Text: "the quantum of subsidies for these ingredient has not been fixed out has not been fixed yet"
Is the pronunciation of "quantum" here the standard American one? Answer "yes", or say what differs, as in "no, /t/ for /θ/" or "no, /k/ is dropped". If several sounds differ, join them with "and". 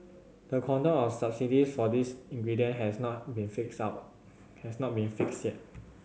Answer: no, /m/ is dropped